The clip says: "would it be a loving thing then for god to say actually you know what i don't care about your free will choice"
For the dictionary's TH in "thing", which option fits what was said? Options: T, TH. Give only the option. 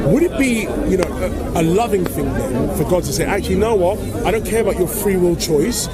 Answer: TH